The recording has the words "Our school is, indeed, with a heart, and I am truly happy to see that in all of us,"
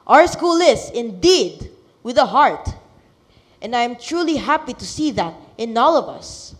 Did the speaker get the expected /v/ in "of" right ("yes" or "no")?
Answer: yes